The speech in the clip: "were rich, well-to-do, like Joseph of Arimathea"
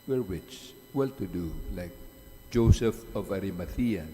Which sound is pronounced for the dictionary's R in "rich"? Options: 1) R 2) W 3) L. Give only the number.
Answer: 2